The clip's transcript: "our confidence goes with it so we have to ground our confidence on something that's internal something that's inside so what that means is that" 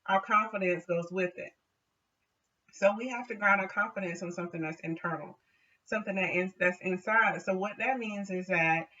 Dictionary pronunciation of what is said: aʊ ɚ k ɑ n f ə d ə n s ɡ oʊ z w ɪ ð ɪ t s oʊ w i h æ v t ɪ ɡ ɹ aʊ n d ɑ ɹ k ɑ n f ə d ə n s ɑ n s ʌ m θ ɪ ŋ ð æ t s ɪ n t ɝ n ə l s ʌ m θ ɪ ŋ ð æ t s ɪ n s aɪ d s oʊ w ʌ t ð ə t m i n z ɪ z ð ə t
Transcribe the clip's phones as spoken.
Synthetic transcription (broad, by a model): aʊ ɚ k ɑ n f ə d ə n s ɡ oʊ z w ɪ ð ɪ t s oʊ w i h æ f t ɪ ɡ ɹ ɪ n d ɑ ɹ k ɑ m f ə d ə n s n s ʌ m θ ɪ ŋ ð æ t s ɪ n t ɝ n l s ʌ m θ ɪ ŋ ð æ t s ɪ n s aɪ d s oʊ w ʌ t ð ə t m i n z ɪ z ð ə t